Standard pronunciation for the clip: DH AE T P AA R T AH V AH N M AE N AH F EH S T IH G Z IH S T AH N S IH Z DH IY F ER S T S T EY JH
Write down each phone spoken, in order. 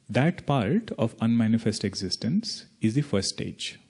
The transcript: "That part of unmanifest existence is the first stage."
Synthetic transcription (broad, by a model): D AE T P AA R T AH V AH N M AE N AH F EH S T IH G Z IH S T AH N S IH Z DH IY F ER T S T EY JH